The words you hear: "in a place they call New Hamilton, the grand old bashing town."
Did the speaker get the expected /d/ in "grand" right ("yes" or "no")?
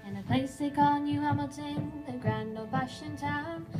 no